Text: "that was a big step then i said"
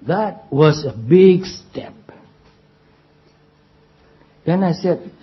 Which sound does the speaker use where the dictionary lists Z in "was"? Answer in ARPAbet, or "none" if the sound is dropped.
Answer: S